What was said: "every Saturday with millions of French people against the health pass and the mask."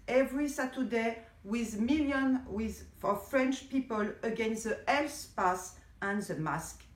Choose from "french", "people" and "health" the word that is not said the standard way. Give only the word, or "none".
health